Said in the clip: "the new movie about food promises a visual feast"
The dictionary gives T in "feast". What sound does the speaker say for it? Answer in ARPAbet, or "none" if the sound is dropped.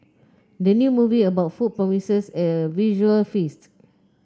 T